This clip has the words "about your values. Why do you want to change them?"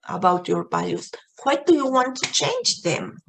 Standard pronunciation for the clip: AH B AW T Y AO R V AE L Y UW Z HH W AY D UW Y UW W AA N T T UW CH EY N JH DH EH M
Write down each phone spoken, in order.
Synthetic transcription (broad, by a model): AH B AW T Y AO R B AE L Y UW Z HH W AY D UW Y UW W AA N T T UW CH EY N JH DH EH M